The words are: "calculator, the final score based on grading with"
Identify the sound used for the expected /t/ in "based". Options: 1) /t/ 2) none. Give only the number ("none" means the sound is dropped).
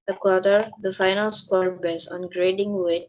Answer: 2